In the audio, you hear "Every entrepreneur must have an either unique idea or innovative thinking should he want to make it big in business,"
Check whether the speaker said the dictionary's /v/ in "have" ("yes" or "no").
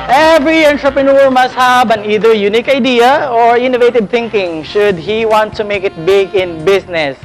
no